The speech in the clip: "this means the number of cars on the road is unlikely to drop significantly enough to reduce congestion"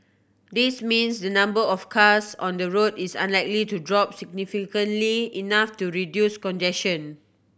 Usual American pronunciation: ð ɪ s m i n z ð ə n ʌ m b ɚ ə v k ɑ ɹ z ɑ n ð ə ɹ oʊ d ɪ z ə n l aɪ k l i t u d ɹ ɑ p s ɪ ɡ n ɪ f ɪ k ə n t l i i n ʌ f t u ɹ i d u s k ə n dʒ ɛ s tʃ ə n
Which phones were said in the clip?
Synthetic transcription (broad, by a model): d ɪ s m i n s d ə n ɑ m b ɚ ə f k ɑ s ɑ n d ə ɹ oʊ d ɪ s ə n l aɪ k l i t u d ɹ ɑ p s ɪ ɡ n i f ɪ k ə n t l i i n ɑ f t u ɹ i d u s k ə n dʒ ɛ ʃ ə n